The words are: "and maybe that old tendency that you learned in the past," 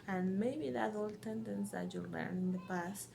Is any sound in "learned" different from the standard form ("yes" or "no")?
yes